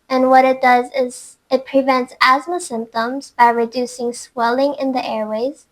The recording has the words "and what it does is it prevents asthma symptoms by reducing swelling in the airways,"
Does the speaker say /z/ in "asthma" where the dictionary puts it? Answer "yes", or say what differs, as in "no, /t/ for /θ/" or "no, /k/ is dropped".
yes